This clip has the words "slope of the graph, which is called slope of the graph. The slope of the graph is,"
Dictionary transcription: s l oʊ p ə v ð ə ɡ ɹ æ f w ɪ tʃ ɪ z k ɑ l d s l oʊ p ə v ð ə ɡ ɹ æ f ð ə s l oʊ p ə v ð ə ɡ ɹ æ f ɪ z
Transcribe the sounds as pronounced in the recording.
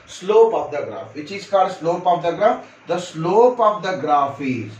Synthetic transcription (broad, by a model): s l oʊ p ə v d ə ɡ ɹ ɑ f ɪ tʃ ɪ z k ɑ d s l oʊ p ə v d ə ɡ ɹ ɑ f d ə s l oʊ p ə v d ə ɡ ɹ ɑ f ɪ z